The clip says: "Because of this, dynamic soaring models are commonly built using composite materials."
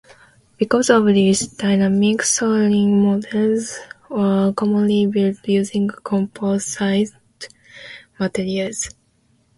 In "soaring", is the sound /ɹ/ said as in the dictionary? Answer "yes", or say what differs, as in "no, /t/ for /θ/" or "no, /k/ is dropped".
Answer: no, /l/ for /ɹ/